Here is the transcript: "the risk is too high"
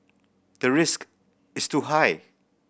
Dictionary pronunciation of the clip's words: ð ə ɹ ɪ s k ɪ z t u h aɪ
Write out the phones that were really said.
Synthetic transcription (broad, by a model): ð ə ɹ ɪ s k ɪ s t u h aɪ